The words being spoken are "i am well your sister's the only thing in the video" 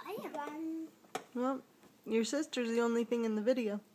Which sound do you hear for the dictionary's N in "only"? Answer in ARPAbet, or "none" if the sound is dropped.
N